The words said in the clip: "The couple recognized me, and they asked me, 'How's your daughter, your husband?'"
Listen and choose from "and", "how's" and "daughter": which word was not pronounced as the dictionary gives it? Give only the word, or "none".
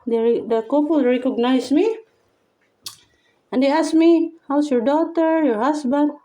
how's